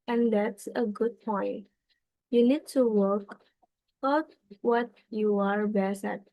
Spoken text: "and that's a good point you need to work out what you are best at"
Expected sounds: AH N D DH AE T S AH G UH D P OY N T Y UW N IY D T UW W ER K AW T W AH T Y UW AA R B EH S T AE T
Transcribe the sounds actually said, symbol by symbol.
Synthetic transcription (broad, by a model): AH N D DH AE T S AH G UH D P OY N T Y UW N IY D T UW W ER K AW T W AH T Y UW AA R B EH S AE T